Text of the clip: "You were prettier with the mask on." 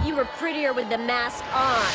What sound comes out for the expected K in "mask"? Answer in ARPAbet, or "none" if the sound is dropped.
K